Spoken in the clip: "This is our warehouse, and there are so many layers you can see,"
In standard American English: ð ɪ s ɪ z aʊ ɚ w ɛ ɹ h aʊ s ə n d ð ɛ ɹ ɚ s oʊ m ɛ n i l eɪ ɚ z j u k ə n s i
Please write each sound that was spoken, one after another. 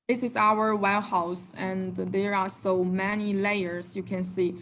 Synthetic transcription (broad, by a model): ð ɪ s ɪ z aʊ ɚ w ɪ l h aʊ s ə n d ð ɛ ɹ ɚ s oʊ m ɛ n i l eɪ ɚ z j u k ə n s i